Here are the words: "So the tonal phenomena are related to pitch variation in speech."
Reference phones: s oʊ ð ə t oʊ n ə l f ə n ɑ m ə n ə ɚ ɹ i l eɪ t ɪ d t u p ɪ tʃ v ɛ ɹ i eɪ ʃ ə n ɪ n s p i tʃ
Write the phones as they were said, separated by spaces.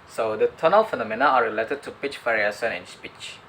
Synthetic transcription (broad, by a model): s oʊ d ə t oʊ n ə l f ə n ɑ m ə n ə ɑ ɹ i l eɪ t ɪ d t u p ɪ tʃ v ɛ ɹ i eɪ s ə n ɪ n s p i tʃ